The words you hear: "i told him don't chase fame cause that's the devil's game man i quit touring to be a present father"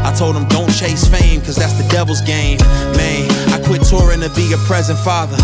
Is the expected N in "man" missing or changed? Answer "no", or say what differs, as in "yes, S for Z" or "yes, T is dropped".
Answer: yes, N is dropped